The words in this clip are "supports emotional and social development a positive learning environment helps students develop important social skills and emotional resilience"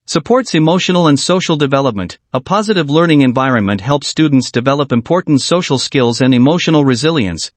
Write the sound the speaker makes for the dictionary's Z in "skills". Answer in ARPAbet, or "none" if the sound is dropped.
Z